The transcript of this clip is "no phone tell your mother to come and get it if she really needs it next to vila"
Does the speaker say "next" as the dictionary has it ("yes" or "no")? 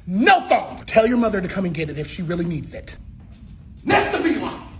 no